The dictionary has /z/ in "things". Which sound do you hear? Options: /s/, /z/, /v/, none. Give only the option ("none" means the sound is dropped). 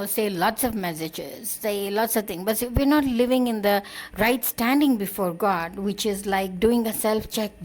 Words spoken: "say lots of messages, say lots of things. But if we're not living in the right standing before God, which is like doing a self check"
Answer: none